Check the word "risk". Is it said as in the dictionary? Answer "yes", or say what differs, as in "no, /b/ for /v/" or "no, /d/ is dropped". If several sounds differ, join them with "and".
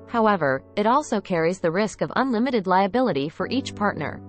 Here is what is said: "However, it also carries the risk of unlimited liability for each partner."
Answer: yes